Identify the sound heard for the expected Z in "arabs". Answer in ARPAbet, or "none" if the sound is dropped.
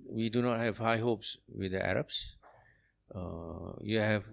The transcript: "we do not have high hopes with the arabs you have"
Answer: S